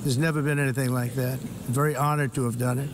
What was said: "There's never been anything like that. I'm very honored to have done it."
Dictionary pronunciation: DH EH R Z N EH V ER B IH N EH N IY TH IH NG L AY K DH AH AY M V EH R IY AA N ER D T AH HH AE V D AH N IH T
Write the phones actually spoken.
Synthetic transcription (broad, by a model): DH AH R Z N EH V ER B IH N EH N IY TH IH NG L AY K DH AH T V EH R IY AA N ER D T AH V D AH N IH T